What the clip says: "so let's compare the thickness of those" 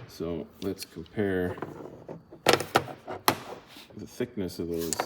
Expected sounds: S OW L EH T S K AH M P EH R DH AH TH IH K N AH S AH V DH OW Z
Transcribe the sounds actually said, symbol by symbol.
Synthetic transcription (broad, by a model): S OW L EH T S K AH M P EH R DH AH TH IH K N AH S AH V DH OW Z